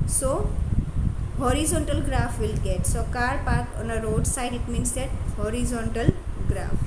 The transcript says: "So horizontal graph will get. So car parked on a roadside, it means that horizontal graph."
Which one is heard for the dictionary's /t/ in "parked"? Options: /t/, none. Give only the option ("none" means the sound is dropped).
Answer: none